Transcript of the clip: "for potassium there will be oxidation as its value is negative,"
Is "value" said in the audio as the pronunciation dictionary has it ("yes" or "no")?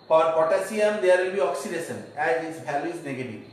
no